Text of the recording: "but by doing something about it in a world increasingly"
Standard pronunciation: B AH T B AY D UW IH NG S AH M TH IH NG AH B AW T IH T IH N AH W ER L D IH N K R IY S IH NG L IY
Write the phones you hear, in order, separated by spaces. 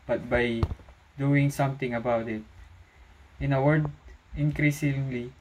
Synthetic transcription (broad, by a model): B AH T B AY D UW IH NG S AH M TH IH NG AH B AW T IH T IH N AH W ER D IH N K R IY S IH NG L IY